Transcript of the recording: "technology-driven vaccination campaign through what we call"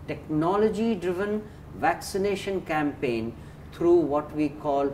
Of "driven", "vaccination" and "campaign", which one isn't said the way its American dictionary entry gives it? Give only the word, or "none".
none